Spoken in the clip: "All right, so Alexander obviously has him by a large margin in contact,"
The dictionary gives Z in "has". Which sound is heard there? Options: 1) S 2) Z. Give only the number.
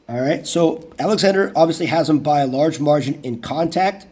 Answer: 2